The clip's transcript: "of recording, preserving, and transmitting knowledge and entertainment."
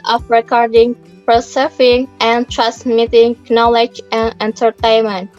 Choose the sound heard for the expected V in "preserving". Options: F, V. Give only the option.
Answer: F